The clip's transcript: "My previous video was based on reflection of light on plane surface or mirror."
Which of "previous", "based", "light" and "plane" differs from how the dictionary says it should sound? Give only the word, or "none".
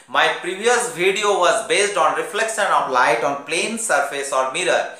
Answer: none